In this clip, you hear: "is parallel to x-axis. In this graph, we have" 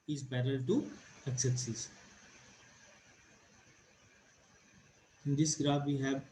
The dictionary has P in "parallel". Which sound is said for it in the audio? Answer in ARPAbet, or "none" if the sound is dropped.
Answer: B